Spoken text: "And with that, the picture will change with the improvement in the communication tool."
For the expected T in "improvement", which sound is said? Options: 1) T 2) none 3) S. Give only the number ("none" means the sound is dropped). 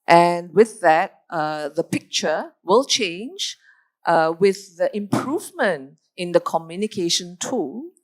1